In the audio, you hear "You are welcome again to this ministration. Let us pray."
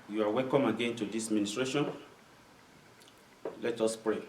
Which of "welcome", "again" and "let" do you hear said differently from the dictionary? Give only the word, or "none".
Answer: none